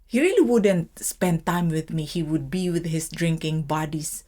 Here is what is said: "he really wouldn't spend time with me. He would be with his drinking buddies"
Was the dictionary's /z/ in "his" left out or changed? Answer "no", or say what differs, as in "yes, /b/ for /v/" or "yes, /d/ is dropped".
yes, /s/ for /z/